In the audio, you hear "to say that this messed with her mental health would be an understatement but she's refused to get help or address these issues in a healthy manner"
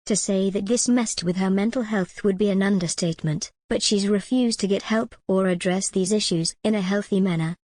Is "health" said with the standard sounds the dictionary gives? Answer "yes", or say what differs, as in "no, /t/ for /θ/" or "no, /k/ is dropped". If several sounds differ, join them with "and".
yes